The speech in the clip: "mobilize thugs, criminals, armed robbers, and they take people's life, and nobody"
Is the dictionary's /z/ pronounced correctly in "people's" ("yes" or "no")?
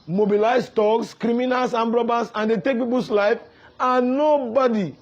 no